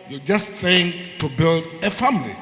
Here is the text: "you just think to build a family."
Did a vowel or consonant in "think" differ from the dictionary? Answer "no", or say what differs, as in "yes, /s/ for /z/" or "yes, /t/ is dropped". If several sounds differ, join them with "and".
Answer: yes, /s/ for /θ/